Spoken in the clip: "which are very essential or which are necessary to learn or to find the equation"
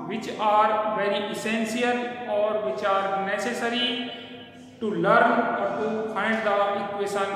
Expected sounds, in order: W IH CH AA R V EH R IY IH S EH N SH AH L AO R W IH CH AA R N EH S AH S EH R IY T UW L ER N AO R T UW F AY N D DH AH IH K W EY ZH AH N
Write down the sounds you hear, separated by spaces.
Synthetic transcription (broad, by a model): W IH CH AA R V EH R IY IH S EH N S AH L AO R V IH CH AA R N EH S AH S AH R IY T UW L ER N AO R T UW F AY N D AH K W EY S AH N